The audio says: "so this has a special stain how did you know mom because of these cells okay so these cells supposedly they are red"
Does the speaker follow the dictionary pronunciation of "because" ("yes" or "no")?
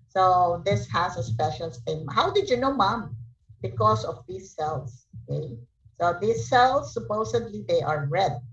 no